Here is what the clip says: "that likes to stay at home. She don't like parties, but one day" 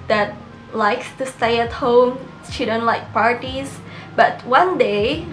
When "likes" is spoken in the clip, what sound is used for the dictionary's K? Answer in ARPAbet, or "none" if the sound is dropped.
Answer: K